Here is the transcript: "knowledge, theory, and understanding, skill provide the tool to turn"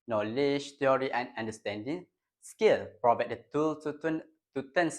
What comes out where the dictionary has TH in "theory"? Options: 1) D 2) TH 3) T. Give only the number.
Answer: 3